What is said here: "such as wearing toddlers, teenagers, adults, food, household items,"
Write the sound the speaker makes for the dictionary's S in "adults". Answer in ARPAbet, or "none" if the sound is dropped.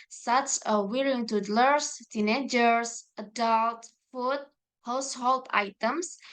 none